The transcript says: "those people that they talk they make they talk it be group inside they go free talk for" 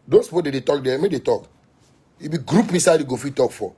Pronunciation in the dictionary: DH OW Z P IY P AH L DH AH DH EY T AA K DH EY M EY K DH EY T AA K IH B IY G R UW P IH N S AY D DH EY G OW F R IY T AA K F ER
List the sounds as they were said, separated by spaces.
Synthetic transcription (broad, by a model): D OW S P IY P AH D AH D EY T AA K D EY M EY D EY T AA K IH B IY G R UW P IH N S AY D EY G OW F IY T AA K F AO